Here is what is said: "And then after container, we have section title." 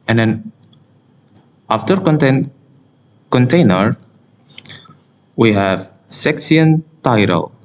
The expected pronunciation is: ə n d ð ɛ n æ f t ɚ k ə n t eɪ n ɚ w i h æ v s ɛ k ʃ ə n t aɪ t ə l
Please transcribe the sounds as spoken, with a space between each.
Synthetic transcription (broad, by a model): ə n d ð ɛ n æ f t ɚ k ə n t eɪ n ɚ w i h æ v s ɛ k s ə n t aɪ t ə l